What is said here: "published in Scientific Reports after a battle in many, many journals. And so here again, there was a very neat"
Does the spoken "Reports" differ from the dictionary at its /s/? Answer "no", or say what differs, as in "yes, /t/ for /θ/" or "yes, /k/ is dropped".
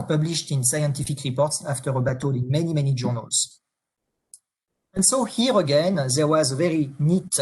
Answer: no